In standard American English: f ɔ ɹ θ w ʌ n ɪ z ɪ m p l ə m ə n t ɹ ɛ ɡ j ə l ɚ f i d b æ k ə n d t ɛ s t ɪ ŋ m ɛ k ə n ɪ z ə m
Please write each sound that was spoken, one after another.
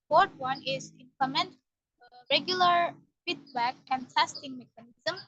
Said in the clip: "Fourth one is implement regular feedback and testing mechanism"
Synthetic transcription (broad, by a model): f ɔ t w ʌ n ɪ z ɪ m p ə m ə n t ɹ ɛ ɡ j ə l ɚ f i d b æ k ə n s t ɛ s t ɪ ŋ m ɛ k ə n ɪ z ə m